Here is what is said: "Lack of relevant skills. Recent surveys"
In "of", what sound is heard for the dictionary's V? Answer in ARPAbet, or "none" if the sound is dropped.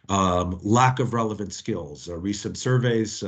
V